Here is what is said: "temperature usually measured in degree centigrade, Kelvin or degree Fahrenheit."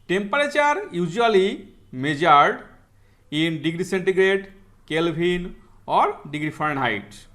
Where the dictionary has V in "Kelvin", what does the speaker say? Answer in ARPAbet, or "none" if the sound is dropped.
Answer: B